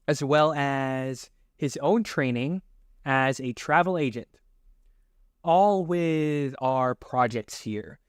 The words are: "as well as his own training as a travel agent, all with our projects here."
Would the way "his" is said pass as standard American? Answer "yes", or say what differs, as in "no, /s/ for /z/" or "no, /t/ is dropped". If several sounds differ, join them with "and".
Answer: yes